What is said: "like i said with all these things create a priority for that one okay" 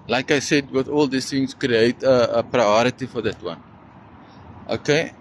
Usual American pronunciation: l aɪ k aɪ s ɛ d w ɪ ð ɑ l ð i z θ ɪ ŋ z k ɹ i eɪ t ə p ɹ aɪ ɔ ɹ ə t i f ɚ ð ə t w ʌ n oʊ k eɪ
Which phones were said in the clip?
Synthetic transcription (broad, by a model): l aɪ k aɪ s ɛ d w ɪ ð ɑ l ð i s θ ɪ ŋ s k ɹ i eɪ t ə p ɹ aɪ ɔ ɹ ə t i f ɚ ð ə t w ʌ n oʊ k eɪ